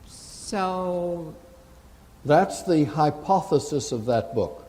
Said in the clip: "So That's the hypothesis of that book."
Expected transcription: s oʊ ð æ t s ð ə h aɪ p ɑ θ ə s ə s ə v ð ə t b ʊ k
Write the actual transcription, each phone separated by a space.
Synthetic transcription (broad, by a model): s oʊ ð æ t s ð ə h aɪ p ɑ θ ə s ə s ə v ð ə t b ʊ k